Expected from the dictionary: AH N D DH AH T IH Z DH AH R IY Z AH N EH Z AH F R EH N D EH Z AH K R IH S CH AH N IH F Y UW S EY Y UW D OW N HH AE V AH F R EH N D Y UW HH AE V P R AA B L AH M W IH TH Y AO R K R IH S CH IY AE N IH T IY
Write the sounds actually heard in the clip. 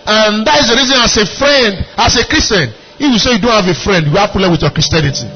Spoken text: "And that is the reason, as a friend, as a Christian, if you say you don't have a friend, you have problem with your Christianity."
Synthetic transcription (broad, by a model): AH N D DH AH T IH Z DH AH R IY Z AH N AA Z AH F R EH N D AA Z AH K R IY S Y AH N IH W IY S EY Y UW D OW N HH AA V AH F R EH N D Y UW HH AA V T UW L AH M W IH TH Y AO K R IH S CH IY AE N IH T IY